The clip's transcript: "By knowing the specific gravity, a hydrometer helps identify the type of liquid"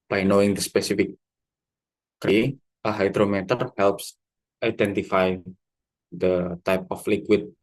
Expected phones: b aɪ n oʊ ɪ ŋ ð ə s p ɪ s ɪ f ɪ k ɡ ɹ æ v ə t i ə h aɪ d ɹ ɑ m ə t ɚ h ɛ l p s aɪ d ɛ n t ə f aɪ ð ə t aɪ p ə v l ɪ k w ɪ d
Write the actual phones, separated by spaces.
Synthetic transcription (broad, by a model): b aɪ n oʊ ɪ ŋ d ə s p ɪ s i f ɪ k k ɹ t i ə h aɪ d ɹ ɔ m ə t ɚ h ɛ l p s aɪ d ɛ n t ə f aɪ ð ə t aɪ p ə f l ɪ k w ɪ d